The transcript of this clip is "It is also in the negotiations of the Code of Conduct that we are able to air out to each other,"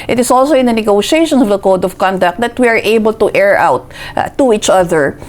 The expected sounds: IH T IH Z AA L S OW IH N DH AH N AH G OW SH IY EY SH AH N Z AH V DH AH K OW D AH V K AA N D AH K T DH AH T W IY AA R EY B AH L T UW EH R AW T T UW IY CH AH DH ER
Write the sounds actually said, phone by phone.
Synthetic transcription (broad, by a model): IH T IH S AA L S OW IH N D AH N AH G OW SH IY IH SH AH N AH V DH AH K OW D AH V K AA N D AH K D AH T W IY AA R EY B AH L T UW EH R AW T T UW IY CH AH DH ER